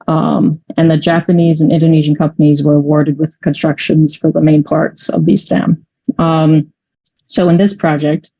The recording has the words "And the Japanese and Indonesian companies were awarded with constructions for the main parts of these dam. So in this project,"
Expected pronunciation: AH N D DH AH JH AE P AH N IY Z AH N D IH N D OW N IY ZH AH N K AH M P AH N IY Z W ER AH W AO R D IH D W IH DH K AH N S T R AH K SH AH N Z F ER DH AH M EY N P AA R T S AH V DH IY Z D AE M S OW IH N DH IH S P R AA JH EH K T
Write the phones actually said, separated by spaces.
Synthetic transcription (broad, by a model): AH N DH AH JH AE P AH N IY Z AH N IH N D OW N IY ZH AH N K AH M P AH N IY Z W ER AH W AO R D IH D W IH DH K AH N S T R AH K SH AH N Z F ER DH AH M EY N P AA R T S AH V DH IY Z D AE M S OW IH N DH IH S P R AA JH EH K T